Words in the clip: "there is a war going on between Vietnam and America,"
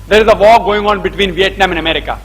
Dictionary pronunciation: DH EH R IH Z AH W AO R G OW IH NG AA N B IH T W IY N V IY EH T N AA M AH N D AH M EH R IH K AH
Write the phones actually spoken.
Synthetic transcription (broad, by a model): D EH R IH Z AH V AO G OW IH NG AA N B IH T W IY N V IY EH T N AA M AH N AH M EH R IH K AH